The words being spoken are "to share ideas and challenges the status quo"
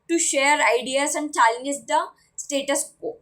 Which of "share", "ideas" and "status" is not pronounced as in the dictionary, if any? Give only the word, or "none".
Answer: ideas